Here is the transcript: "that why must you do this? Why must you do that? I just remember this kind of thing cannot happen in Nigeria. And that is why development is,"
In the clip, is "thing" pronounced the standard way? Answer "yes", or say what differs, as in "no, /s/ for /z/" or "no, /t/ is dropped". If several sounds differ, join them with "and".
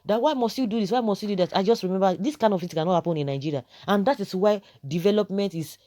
no, /f/ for /θ/